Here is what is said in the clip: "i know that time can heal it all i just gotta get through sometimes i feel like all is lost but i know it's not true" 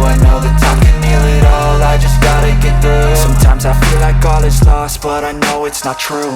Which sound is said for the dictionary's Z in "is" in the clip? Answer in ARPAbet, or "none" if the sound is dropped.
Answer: S